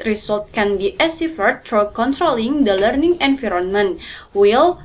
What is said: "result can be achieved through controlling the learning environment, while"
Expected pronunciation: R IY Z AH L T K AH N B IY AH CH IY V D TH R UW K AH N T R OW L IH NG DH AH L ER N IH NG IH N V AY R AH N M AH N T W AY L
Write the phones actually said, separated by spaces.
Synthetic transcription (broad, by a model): R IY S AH L T K AH N B IY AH S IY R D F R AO K AH N T R OW L IH NG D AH L ER N IH NG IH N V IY R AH N M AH N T W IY L